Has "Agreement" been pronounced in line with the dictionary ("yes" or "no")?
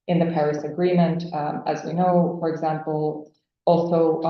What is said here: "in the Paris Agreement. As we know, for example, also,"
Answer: yes